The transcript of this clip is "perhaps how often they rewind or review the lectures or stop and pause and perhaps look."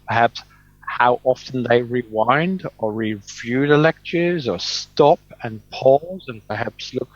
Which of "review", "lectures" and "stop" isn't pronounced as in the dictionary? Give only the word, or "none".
none